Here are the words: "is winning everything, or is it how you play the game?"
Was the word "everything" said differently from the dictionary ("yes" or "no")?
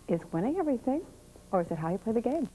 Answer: no